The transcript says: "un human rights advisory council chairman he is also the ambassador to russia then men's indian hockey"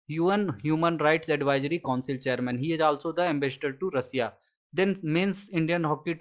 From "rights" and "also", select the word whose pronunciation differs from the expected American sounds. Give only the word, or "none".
none